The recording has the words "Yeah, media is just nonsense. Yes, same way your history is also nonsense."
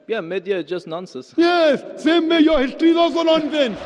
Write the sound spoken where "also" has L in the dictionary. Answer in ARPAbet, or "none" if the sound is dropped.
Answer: none